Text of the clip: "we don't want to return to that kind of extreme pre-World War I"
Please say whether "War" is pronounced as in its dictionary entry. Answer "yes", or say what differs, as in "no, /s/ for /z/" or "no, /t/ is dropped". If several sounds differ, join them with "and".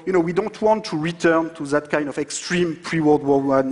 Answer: no, /w/ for /ɹ/